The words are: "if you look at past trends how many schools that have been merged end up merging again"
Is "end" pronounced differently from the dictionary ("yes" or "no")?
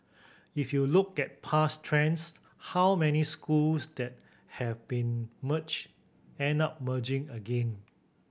yes